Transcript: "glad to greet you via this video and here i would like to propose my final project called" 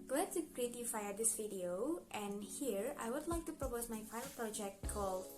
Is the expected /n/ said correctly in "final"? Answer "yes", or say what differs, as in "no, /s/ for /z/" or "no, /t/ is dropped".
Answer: no, /n/ is dropped